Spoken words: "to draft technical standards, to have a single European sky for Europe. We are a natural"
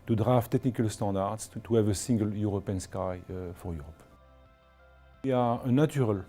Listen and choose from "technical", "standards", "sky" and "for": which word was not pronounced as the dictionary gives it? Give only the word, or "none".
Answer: standards